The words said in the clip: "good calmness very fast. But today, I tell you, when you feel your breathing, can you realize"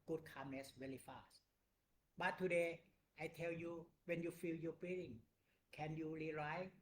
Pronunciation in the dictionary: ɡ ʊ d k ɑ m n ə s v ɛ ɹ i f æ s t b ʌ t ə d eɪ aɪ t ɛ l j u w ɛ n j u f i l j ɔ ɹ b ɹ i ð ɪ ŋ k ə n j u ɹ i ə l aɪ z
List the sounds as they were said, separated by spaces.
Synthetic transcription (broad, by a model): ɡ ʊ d k ɑ m n ə s w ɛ l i f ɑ s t b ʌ t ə d eɪ aɪ t ɛ l j u w ɛ n j u f i l j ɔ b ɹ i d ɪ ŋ k ə n j u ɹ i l aɪ